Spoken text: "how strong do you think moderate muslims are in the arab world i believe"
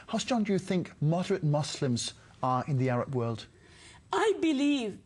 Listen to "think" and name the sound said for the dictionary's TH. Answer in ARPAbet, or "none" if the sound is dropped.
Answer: TH